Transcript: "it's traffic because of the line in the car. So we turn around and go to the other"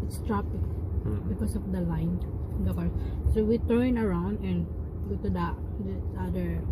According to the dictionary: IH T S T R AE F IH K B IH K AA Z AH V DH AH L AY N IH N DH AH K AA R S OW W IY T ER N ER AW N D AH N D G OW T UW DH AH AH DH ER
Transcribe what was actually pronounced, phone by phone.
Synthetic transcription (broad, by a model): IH T S T R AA P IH K B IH K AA S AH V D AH L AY IH N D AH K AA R S OW W IY T ER N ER AW N D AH N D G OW T UW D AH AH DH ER